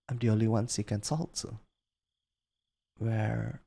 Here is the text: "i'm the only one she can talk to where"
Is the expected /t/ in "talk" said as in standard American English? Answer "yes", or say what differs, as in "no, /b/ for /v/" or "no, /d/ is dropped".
no, /s/ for /t/